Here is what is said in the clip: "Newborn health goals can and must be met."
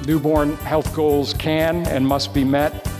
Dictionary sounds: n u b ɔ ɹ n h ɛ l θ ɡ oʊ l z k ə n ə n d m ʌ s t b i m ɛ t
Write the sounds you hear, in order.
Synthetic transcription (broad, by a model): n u b ɔ ɹ n h ɛ l θ ɡ oʊ l z k ə n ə n m ʌ s t b i m ɛ t